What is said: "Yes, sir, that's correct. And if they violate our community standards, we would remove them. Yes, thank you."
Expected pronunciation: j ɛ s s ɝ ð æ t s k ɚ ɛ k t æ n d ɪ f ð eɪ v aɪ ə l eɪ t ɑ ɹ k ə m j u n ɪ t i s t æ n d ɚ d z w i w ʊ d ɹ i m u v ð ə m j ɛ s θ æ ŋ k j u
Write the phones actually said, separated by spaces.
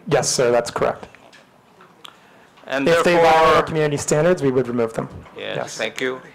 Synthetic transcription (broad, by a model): j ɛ s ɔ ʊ ð æ t s k ɚ ɛ k t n ɪ f ð eɪ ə w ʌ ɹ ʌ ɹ k m j u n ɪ t i s t æ n d ɚ d z w i w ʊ d ɹ i m u v ð ə m j ɛ s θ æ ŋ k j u